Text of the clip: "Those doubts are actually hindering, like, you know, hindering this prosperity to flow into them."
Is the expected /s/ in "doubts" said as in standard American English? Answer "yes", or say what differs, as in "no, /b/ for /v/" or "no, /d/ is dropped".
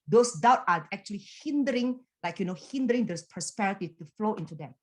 no, /s/ is dropped